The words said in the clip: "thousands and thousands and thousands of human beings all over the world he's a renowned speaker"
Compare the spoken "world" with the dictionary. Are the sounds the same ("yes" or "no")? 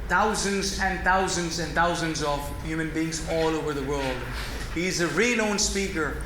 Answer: yes